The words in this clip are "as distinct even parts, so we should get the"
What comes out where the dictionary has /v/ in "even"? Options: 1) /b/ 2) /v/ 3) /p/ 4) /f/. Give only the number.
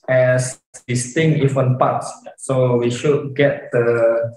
4